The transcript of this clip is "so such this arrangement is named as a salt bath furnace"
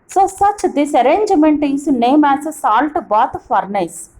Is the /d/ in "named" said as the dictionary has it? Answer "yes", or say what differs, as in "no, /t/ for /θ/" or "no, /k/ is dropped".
no, /d/ is dropped